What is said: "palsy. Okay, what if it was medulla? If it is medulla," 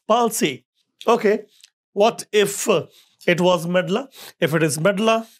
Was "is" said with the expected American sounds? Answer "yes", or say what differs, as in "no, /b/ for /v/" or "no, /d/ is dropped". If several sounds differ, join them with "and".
yes